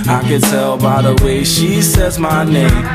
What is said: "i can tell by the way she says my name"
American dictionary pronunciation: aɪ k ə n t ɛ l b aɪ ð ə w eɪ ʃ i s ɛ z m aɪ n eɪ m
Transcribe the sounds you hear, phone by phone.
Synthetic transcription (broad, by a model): aɪ k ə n t ɛ l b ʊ ð ə w eɪ ʃ i s ɛ z m aɪ n eɪ m